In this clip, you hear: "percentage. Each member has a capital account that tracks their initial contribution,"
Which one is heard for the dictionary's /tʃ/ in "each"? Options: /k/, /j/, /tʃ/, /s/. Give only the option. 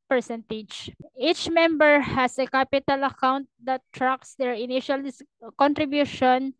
/tʃ/